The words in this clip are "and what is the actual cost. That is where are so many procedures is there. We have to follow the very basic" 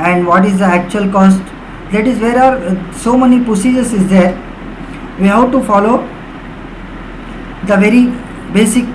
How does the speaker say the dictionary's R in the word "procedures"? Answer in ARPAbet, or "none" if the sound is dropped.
none